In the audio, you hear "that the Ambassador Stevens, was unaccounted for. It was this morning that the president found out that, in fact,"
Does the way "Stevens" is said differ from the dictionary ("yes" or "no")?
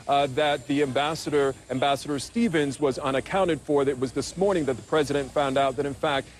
no